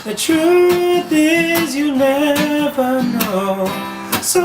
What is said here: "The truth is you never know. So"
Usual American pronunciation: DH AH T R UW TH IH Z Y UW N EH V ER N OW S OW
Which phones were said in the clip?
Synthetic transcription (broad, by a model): DH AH T R UW TH IH Z Y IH N EH V ER N OW S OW